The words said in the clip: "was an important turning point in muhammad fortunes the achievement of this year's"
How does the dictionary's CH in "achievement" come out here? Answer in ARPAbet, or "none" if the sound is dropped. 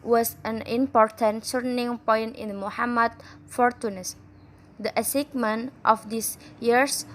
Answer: S